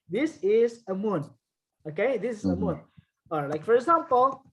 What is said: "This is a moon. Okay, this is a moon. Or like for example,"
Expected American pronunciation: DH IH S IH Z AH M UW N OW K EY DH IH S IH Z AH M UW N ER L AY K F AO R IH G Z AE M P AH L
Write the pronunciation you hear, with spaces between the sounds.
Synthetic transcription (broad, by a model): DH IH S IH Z AH M UW N OW K EY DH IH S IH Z AH M UW N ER L AY K F AO R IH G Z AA M P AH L